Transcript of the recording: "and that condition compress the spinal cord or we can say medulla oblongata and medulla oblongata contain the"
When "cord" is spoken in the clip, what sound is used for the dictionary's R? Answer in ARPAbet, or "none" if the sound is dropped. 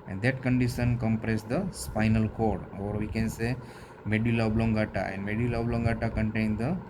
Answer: R